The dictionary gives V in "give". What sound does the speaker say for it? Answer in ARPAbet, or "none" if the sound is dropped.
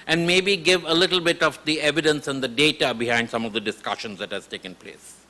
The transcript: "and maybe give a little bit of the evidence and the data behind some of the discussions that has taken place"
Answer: V